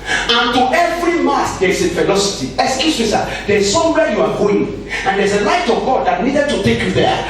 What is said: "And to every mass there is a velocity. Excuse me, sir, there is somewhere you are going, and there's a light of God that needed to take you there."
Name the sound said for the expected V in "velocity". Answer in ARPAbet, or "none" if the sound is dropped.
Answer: F